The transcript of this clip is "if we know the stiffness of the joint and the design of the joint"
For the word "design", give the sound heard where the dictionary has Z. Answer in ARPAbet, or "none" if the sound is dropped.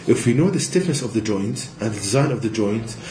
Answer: Z